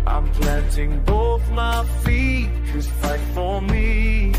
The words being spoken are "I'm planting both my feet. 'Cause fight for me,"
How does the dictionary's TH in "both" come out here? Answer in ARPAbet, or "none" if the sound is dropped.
TH